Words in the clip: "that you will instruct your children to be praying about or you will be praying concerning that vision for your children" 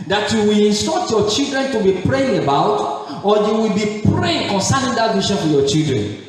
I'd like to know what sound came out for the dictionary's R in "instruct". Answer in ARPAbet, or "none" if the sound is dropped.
none